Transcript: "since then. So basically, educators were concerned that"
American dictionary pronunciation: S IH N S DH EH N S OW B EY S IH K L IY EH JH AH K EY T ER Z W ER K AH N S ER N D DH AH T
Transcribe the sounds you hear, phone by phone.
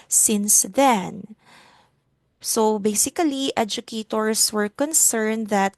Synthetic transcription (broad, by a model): S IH N S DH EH N S OW B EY S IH K L IY EH JH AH K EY T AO S W ER K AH N S ER N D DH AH T